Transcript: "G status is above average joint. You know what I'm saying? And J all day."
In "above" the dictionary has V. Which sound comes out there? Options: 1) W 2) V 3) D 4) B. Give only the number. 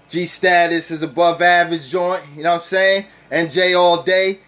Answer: 2